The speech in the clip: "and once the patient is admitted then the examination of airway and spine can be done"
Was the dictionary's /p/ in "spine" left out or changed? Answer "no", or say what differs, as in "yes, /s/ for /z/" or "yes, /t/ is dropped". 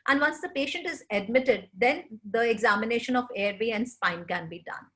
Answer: no